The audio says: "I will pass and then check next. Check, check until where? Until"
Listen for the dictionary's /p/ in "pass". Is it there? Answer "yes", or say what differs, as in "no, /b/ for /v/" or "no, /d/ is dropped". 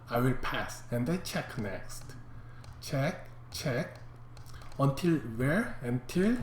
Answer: yes